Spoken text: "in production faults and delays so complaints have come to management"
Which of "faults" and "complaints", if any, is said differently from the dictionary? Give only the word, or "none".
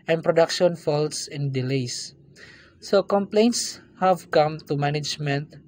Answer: none